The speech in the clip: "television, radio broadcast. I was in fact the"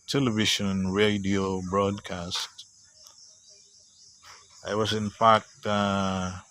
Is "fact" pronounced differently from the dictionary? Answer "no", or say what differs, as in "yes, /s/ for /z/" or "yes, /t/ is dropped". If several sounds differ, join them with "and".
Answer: yes, /p/ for /f/